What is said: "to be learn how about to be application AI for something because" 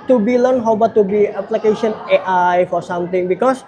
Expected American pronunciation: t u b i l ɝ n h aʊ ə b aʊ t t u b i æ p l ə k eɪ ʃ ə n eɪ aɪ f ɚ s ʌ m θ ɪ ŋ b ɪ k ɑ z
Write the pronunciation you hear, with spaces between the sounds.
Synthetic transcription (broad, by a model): t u b i l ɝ n h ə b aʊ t t u b i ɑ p l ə k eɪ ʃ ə n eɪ aɪ f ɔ s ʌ m t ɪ ŋ b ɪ k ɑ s